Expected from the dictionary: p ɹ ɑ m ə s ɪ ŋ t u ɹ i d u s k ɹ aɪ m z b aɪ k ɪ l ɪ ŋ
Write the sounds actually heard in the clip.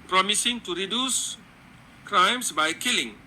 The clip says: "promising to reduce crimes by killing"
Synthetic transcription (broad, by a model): p ɹ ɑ m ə s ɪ ŋ t u ɹ i d u s k ɹ aɪ m s b aɪ k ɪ l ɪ ŋ